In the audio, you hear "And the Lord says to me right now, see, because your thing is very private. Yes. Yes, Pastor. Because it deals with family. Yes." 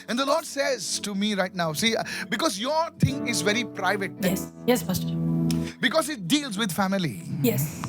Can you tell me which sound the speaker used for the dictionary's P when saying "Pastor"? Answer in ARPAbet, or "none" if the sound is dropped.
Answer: F